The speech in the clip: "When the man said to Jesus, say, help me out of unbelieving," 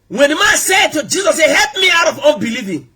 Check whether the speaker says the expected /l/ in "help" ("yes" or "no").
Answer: yes